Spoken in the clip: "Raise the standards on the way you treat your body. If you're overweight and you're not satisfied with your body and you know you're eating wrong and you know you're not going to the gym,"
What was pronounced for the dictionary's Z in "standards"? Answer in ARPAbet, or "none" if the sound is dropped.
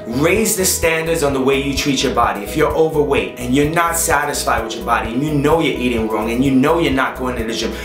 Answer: Z